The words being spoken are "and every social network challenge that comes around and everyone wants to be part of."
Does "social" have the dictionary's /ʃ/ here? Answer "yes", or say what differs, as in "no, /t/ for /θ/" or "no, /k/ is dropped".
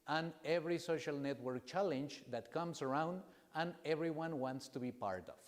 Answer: yes